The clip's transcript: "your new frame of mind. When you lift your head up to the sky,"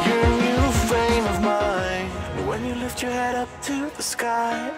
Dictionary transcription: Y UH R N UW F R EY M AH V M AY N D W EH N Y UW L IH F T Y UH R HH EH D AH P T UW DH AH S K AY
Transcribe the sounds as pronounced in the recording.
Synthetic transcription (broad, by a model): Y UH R N UW F EY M AH V M AY N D W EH N Y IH L IH F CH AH R HH EH D AH P T UW DH AH S K AY